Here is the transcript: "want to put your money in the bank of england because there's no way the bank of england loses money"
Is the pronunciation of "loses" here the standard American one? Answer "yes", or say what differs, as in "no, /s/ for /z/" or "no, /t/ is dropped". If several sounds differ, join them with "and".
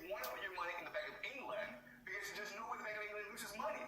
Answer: no, /w/ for /l/